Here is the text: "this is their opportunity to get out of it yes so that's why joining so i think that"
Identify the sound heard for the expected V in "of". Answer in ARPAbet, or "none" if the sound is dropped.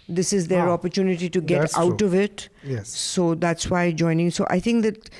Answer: V